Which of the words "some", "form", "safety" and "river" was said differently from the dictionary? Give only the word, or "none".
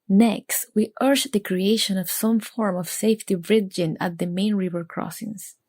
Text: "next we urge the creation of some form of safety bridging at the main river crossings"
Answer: none